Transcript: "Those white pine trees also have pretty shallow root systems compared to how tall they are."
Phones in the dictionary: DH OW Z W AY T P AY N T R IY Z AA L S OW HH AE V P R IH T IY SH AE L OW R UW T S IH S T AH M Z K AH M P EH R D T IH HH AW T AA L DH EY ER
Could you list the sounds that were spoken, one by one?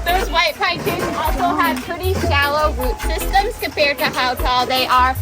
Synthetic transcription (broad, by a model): DH OW Z W AY T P AY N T IY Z AA L S OW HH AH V P R IH T IY SH AE L OW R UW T S IH S T AH M Z K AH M P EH R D T IH HH AW T AA L DH EY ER